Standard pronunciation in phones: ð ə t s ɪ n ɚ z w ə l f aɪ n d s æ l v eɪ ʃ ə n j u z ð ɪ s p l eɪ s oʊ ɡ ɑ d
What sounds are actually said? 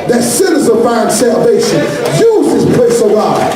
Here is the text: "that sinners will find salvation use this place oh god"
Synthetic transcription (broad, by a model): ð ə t s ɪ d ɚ z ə n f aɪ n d s æ l v eɪ ʃ ə n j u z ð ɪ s p l eɪ s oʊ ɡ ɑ